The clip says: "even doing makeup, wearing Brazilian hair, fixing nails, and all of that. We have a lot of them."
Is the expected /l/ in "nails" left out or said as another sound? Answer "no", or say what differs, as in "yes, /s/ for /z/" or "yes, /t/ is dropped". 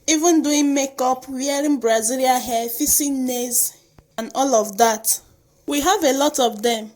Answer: yes, /l/ is dropped